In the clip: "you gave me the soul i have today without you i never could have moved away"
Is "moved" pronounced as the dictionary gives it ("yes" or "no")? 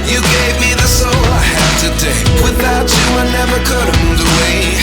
no